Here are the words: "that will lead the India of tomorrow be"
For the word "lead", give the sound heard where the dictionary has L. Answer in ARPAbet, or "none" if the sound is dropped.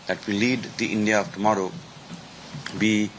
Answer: L